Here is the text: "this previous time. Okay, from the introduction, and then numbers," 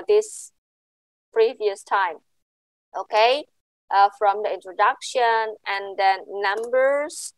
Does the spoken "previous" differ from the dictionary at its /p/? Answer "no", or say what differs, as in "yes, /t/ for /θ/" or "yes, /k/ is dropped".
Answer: no